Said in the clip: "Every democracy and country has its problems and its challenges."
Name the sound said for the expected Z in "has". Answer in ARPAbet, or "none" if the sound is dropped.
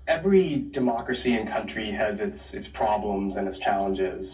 S